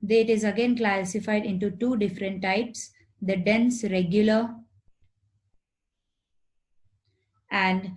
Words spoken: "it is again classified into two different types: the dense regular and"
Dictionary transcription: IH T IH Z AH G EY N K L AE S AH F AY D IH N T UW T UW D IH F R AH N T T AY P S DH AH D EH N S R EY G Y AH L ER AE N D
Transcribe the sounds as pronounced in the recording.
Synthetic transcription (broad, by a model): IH T IH Z AH G EY N K L AE S AH F AY D IH N T UW T UW D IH F R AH N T T AY P S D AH D EH N S R EY G Y AH L ER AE N D